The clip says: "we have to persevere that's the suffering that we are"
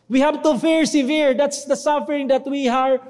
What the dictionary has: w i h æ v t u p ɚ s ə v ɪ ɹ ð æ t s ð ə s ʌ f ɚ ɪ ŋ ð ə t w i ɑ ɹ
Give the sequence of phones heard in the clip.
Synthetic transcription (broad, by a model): w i h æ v t u f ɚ s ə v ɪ ɹ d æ t s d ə s ʌ f ɚ ɪ ŋ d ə t w i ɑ ɹ